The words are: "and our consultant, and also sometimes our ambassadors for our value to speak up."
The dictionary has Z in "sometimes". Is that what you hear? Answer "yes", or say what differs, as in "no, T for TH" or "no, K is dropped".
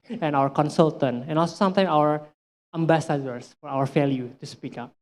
no, Z is dropped